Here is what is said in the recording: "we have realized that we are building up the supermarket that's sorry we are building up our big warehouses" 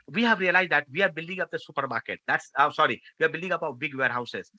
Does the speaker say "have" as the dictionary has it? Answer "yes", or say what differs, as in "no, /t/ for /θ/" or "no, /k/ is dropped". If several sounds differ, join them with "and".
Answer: yes